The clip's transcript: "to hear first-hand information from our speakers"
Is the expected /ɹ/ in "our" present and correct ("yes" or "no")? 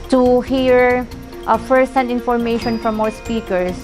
no